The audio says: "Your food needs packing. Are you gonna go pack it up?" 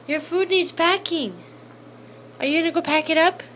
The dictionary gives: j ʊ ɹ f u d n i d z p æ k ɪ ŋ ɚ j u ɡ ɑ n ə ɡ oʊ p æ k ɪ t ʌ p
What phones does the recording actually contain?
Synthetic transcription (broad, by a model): j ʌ ɹ f u d n i d z p æ k ɪ ŋ ɚ j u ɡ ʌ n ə ɡ oʊ p æ k ɪ t ʌ p